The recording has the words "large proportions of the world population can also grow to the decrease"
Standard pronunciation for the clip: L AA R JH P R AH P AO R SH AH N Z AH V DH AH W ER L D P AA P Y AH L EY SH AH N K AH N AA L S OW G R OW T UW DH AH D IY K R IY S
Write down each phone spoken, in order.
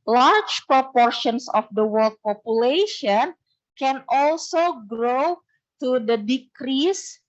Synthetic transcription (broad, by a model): L AA R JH P R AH P AO R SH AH N S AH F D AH W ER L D P AA P Y AH L EY SH AH N K AH N AA L S OW G R OW T UW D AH D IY K R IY S